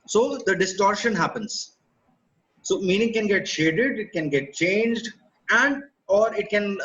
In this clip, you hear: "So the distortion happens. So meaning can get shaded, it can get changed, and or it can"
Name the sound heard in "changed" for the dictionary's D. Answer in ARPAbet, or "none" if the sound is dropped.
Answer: D